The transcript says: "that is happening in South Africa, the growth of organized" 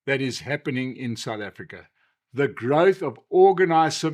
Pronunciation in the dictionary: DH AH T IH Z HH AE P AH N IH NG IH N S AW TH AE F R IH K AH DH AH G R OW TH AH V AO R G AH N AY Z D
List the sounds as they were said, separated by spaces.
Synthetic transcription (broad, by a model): DH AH T IH Z HH AE P AH N IH NG IH N S AW TH AE F R IH K AH DH AH G R OW TH AH V AO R G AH N AY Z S